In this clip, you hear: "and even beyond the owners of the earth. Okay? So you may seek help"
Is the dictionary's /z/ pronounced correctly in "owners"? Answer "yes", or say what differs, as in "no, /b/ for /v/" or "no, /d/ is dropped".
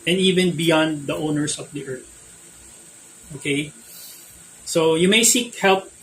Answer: no, /s/ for /z/